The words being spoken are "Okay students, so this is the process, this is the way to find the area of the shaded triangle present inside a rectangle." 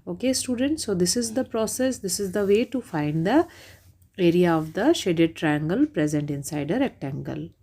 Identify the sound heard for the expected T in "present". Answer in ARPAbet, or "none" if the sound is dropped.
T